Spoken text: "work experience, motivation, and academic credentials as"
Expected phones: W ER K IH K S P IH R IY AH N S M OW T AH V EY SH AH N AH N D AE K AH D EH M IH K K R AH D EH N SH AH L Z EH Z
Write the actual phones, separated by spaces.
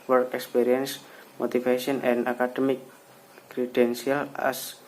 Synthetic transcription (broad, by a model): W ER K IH K S P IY R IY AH N S M OW T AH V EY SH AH N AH N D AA K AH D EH M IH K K R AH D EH N S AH L EH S